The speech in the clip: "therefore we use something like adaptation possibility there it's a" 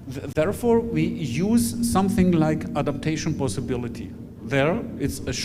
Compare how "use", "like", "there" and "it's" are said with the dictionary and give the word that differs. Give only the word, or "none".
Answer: none